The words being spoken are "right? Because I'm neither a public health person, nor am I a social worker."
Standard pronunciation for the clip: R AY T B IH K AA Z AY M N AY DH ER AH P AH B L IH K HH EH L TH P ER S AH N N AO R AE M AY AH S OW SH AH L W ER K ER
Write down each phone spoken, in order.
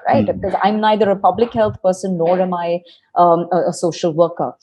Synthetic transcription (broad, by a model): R AY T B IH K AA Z AY M N AY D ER AH P AH B L IH K HH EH L T P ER S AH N N AO R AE M AY AH S OW SH AH L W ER K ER